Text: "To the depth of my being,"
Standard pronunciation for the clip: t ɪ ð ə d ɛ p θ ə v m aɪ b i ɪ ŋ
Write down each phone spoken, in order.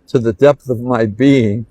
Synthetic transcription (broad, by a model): t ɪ ð ə d ɛ p θ ə v m aɪ b i ɪ ŋ